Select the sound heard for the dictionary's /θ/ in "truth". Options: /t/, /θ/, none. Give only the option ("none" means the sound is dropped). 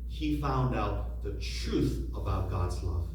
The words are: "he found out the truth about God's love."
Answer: /θ/